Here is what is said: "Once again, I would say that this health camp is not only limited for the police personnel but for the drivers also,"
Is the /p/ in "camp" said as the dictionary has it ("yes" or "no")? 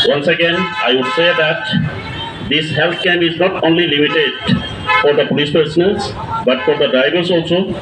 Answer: no